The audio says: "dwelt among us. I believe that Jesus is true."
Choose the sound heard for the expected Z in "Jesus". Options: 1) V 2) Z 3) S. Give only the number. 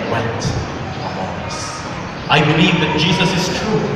2